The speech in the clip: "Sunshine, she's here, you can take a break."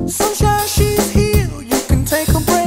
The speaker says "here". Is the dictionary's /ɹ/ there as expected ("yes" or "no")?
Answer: no